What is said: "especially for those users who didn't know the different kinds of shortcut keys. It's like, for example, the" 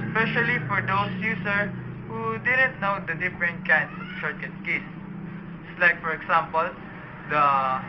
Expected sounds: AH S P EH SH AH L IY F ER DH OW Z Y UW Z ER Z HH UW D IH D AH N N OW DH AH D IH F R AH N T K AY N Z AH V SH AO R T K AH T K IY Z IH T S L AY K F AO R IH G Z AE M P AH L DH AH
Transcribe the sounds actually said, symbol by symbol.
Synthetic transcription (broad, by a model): S P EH SH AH L IY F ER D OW S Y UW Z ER HH UW D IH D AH N N OW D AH D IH F R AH N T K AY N S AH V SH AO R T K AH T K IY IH S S L AY K F AO R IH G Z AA M P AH L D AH